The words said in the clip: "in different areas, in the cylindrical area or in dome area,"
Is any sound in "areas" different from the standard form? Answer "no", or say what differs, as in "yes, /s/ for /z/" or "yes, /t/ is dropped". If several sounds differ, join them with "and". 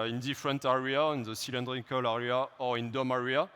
yes, /z/ is dropped